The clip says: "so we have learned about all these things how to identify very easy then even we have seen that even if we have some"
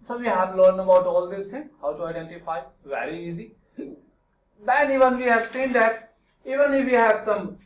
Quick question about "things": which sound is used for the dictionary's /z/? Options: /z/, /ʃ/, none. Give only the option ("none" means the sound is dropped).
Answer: none